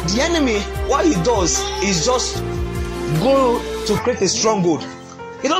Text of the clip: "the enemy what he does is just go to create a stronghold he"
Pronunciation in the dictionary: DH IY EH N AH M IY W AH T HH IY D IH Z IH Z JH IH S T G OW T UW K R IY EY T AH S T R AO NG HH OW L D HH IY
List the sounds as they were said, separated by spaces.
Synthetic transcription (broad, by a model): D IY EH N AH M IY W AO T HH IY D IH Z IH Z JH IH S T G OW T UW K R IY EY T AH S T R AO NG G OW D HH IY